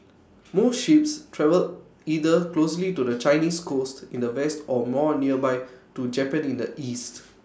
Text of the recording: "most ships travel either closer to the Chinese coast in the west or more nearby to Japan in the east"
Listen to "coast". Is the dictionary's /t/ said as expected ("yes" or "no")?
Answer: yes